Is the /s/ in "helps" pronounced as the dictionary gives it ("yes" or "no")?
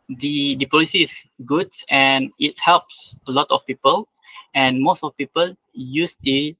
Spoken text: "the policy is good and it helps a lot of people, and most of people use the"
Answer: yes